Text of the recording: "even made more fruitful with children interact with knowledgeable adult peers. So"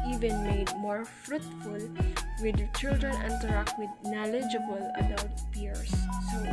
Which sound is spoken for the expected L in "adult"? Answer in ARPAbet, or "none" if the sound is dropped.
W